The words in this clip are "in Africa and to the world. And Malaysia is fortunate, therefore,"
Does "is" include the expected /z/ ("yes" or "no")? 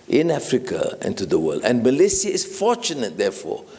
no